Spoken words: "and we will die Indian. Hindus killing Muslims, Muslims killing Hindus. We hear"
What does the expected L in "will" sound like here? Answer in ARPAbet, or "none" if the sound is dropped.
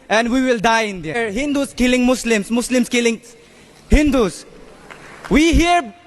L